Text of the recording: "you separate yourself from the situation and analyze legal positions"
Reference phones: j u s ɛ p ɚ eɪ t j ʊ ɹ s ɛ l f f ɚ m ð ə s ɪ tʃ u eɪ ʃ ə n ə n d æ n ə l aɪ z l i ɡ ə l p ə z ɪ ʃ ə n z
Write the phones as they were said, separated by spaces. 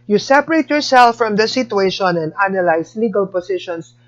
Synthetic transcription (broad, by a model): j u s ɛ p ɚ eɪ t j ʊ ɹ s ɛ l f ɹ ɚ m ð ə s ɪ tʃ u eɪ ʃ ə n ə n d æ n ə l aɪ s l i ɡ ə l p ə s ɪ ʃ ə n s